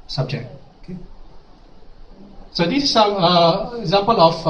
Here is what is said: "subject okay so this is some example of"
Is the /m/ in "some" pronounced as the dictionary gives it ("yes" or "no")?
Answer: no